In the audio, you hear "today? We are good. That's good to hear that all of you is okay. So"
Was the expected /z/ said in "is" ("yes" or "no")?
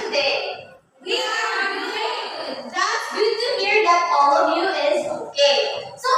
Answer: yes